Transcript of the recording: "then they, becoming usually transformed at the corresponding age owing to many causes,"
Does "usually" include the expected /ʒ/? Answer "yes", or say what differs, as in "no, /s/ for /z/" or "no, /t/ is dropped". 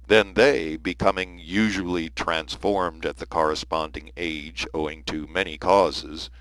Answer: yes